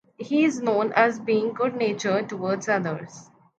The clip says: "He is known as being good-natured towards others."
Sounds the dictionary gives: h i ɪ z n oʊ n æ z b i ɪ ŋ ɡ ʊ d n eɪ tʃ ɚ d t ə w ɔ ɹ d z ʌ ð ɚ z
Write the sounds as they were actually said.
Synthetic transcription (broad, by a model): h i ɪ z n oʊ n æ z b i ɪ ŋ ɡ ʊ d n eɪ tʃ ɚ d t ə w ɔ ɹ d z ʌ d ɚ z